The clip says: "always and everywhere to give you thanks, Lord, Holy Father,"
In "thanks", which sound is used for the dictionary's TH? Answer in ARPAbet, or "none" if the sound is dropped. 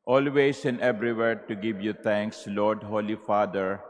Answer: T